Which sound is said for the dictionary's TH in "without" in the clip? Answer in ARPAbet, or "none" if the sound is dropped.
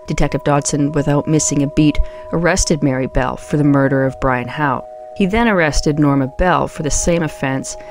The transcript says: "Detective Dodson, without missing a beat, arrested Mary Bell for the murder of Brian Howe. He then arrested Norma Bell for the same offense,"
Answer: TH